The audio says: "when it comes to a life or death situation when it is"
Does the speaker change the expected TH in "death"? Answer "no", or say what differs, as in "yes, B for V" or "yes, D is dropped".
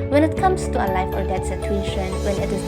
yes, T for TH